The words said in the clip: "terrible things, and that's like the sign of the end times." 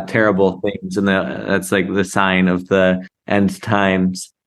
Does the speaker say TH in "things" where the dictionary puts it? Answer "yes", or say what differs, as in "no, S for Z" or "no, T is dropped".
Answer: yes